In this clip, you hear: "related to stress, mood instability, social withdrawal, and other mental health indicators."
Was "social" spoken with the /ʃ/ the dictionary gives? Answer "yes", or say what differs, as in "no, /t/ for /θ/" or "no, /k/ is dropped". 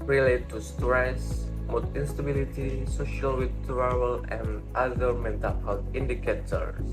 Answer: yes